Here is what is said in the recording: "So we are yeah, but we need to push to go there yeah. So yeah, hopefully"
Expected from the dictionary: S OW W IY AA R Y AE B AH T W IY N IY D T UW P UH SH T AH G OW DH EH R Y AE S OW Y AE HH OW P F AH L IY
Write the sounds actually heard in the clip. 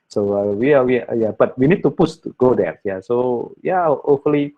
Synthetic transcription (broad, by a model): S OW W IY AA W Y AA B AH T W IY N IY D T UW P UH S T G OW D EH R Y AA S OW Y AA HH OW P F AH L IY